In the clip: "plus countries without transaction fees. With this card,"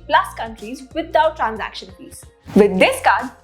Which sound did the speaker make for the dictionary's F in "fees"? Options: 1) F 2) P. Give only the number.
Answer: 2